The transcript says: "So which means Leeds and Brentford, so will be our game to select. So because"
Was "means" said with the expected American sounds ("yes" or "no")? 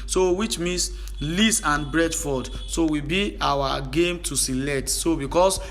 no